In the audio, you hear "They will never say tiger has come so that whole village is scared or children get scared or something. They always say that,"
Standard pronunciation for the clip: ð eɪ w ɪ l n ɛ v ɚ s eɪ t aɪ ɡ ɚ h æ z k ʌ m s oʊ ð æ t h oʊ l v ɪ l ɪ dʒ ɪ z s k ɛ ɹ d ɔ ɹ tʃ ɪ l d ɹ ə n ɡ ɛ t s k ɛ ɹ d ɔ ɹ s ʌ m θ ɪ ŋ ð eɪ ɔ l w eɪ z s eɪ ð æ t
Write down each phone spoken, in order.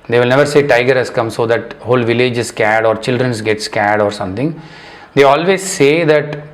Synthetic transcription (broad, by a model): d eɪ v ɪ l n ɛ v ɚ s eɪ t aɪ ɡ ɚ h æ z k ʌ m s oʊ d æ t h oʊ l v ɪ l ɪ dʒ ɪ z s k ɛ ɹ d ɔ ɹ tʃ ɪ l d ɹ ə n ɡ ɛ t s k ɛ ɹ d ɔ ɹ s ʌ m t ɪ ŋ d eɪ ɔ l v eɪ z s eɪ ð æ t